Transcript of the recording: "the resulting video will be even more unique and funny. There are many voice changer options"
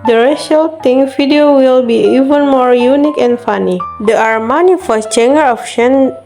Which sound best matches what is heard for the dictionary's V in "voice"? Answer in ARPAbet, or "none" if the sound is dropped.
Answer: F